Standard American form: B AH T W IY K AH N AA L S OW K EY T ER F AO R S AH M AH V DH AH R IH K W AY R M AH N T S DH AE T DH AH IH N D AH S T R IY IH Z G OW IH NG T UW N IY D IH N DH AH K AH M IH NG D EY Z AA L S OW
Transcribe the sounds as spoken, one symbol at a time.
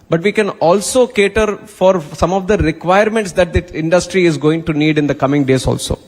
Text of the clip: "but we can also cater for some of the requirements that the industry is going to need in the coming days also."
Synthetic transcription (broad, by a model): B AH T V IY K AH N AA L S OW K EY T ER F AO R S AH M AH V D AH R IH K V AY R M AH N T S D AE T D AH IH N D AH S T R IY IH Z G OW IH NG T UW N IY D IH N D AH K AH M IH NG D EY Z AA L S OW